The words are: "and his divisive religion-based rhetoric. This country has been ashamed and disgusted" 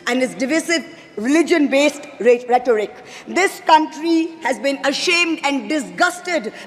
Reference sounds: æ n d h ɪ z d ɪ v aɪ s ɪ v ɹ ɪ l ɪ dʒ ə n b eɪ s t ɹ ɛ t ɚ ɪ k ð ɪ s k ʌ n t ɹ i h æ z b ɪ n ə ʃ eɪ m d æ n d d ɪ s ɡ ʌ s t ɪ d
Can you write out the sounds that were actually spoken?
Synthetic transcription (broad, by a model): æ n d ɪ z d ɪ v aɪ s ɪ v ɹ ɪ l ɪ dʒ ə n b eɪ s t ɹ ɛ t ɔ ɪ k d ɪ s k ʌ n t ɹ i h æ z b ɪ n ə ʃ eɪ m d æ n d d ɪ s ɡ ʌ s t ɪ d